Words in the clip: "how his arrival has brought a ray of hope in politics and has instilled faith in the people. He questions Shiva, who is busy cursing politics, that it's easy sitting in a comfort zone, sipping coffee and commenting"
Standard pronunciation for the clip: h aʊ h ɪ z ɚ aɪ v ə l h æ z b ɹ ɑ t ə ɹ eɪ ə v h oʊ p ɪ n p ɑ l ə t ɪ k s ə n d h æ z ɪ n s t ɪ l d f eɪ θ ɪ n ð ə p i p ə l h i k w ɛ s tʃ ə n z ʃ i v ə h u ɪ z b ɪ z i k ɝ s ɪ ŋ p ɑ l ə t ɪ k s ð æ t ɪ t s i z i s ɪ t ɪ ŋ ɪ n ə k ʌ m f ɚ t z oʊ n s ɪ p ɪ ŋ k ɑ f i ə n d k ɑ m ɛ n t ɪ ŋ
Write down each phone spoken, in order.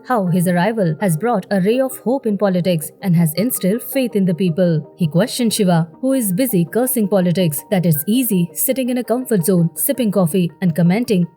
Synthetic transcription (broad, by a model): h aʊ h ɪ z ɚ aɪ v ə l h æ z b ɹ ɑ t ə ɹ eɪ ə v h oʊ p ɪ n p ɑ l ə t ɪ k s ə n d h æ z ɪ n s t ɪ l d f eɪ t ɪ n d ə p i p ə l h i k w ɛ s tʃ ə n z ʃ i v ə h u ɪ z b ɪ z i k ɝ s ɪ ŋ p ɑ l ə t ɪ k s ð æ t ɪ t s i z i s ɪ t ɪ ŋ ɪ n ə k ʌ m f ɚ t z oʊ n s ɪ p ɪ ŋ k ɑ f i ə n d k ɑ m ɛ n t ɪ ŋ